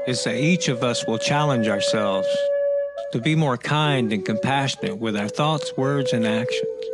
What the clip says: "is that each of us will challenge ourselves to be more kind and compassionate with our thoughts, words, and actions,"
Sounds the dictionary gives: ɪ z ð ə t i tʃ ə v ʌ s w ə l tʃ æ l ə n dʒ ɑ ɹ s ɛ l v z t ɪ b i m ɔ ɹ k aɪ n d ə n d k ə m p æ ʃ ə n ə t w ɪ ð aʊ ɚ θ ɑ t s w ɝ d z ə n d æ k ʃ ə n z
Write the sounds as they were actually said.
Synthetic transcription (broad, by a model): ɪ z ð ə t i tʃ ə v ʌ s w ə l tʃ æ l ə n dʒ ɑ ɹ s ɛ l v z t ɪ b i m ɔ ɹ k aɪ n d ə n k ə m p æ ʃ ə n ə t w ɪ ð aʊ ɚ θ ɑ t s w ɝ d z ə n æ k ʃ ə n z